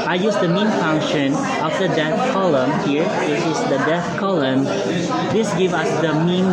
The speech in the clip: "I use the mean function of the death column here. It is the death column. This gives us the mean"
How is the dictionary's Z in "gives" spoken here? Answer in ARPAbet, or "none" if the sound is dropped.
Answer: none